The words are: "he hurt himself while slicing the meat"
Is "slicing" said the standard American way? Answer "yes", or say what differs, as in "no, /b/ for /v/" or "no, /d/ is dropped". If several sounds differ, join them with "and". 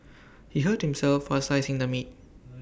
no, /l/ is dropped